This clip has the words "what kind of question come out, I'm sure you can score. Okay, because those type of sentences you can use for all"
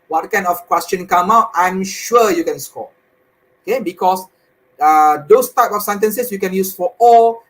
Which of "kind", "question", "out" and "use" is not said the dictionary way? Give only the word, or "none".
none